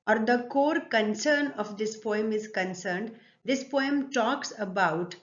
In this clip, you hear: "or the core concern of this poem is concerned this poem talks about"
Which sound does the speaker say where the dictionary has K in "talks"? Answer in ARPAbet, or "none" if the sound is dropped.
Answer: K